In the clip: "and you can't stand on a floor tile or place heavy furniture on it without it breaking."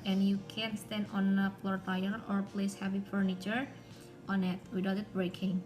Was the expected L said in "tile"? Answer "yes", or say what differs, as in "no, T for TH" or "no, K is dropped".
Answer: no, N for L